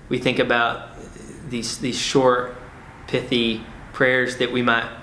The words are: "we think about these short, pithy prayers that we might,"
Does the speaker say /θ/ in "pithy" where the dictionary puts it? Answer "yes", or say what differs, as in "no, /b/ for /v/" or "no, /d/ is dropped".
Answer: yes